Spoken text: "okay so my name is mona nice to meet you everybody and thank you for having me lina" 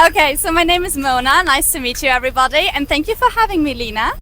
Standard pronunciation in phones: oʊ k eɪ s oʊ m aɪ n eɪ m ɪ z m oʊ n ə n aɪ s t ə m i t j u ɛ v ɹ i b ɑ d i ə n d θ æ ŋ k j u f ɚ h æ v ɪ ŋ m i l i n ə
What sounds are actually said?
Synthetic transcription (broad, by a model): oʊ k eɪ s oʊ m aɪ n eɪ m ɪ z m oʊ n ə n aɪ s t ə m i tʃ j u ɛ v ɹ i b ɑ d i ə n θ æ ŋ k j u f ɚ h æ v ɪ ŋ m i l i n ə